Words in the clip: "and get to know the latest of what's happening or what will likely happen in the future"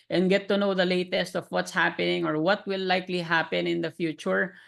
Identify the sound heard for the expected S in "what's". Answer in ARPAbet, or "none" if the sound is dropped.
S